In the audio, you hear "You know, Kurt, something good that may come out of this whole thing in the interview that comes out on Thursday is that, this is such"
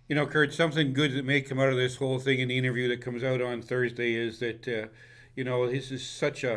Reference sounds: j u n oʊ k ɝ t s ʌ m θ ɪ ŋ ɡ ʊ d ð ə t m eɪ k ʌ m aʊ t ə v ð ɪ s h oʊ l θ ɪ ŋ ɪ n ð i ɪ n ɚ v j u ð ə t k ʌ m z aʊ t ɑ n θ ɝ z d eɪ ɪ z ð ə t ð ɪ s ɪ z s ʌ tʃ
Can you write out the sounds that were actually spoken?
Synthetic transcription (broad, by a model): j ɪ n oʊ k ɝ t s ʌ m θ ɪ ŋ ɡ ʊ d ð ə t m eɪ k ʌ m aʊ t ə v ð ɪ s h oʊ l θ ɪ ŋ ɪ n ð i ɪ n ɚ v j u ð ə t k ʌ m z aʊ t n θ ɝ z d eɪ ɪ z ð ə t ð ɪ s ɪ z s ʌ tʃ